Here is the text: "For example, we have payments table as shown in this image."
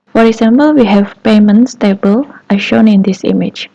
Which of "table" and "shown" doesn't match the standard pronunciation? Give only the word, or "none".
none